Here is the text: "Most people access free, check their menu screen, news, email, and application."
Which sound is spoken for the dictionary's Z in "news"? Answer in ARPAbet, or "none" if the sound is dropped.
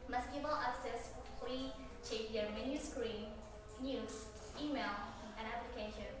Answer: S